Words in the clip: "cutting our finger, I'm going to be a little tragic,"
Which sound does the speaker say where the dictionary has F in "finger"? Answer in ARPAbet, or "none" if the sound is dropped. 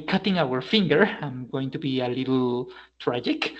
F